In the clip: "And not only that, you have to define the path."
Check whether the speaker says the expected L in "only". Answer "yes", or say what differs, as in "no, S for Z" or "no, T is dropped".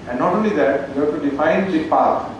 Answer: yes